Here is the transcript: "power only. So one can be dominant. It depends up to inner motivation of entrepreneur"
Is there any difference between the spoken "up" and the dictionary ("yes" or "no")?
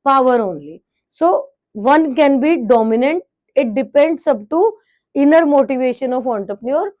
yes